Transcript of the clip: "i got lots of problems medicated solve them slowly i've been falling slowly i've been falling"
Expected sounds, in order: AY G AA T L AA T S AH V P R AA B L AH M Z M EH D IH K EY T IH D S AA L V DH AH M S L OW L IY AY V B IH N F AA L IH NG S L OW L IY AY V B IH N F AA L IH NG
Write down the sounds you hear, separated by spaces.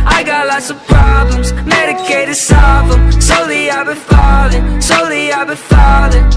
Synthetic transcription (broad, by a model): AY G AA T L AA T S AH V P R AA B L AH M Z M EH D IH K EY T IH D S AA L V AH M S OW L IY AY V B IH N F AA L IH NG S OW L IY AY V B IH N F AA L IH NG